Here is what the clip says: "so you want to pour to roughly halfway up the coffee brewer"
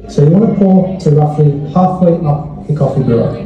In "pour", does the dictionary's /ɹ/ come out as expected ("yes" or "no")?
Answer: no